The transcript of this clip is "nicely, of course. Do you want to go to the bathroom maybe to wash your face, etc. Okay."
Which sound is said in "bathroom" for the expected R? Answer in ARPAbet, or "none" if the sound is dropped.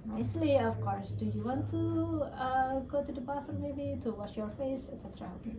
none